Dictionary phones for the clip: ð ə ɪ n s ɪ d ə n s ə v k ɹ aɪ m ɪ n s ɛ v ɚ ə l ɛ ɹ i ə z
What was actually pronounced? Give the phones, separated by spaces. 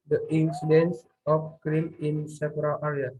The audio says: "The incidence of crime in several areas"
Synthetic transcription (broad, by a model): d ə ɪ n s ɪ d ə n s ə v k ɹ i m ɪ n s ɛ p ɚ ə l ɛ ɹ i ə